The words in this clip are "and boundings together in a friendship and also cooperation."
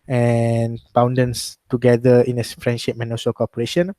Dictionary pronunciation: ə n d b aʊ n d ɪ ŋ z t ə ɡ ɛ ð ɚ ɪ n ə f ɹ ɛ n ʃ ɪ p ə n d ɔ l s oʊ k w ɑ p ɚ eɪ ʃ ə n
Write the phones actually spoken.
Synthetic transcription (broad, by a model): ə n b aʊ n d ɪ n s t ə ɡ ɛ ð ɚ ɪ n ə f ɹ ɛ n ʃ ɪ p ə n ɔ s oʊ k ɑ p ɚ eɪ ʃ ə n